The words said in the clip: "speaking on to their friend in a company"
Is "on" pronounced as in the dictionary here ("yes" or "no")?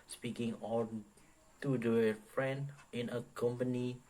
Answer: no